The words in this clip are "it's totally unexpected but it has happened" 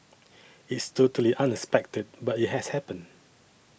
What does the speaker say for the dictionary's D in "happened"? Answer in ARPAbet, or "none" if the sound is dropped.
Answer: none